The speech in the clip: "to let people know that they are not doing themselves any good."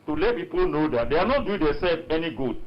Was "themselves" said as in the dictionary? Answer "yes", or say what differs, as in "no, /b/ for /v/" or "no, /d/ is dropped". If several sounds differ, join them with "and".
no, /m/ is dropped